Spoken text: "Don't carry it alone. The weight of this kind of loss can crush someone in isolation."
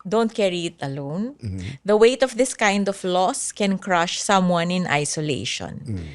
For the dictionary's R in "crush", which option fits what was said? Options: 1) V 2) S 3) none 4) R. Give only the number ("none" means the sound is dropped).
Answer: 4